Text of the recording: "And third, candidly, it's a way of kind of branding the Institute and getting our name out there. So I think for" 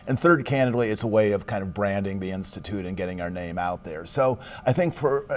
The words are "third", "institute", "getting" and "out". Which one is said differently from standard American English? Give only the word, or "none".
none